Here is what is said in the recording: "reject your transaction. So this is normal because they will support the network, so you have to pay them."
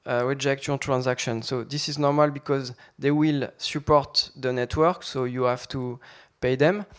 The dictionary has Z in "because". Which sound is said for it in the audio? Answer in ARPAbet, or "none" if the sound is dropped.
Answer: Z